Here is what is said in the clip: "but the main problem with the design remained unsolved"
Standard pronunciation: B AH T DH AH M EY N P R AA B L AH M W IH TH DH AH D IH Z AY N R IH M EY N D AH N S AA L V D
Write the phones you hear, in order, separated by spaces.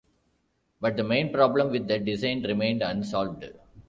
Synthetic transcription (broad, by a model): B AH T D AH M EY N P R AA B L AH M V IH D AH D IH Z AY N R IH M EY N D AH N S AA L V D